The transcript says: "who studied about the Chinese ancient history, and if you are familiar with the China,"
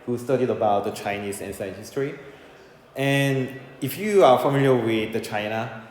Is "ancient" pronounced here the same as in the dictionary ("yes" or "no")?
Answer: no